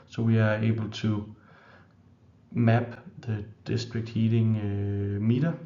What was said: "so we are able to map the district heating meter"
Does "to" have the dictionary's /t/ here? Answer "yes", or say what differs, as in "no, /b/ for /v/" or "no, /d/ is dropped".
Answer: no, /s/ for /t/